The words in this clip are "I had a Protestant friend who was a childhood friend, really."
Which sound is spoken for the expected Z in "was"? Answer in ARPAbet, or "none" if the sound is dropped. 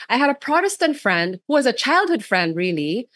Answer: Z